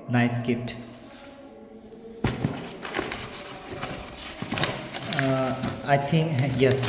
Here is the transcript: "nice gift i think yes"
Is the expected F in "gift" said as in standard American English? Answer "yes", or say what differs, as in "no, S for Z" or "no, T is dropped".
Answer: no, P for F